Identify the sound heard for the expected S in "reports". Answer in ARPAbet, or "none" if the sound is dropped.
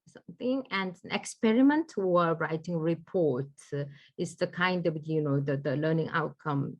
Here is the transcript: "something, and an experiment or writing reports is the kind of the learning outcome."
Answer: none